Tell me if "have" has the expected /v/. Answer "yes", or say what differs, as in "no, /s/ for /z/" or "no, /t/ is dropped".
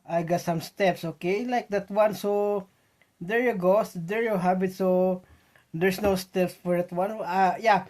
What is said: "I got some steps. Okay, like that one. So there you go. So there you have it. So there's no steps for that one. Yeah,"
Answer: no, /b/ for /v/